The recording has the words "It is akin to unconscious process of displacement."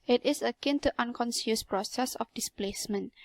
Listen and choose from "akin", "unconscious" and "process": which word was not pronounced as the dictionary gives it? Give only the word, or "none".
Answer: unconscious